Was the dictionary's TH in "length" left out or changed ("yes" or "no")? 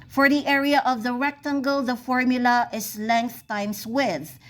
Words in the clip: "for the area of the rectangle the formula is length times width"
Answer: no